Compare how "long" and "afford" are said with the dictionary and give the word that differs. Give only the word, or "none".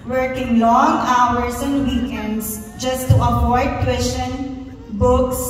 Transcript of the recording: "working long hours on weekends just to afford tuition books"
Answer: afford